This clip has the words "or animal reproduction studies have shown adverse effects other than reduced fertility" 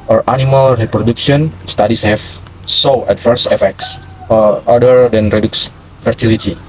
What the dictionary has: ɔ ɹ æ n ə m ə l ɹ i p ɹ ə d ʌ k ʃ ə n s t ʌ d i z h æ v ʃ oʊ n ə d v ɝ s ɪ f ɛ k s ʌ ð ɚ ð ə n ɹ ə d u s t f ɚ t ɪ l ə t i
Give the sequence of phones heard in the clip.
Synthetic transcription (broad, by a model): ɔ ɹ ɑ n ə m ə l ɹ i p ɹ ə d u k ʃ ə n s t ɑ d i s h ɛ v s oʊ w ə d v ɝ s ɪ f ɛ k s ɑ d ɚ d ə n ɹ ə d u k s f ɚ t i l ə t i